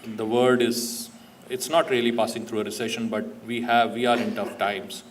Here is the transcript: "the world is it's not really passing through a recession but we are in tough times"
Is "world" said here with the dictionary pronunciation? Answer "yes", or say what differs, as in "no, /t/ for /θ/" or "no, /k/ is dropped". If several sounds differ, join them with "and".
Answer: no, /l/ is dropped